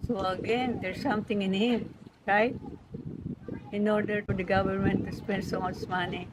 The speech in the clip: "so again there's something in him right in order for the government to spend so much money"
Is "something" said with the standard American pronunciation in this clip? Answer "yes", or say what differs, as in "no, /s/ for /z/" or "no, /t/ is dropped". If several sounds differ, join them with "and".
no, /t/ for /θ/